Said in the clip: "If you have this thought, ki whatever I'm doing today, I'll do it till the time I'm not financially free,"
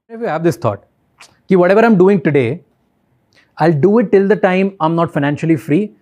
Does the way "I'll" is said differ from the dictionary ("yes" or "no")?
no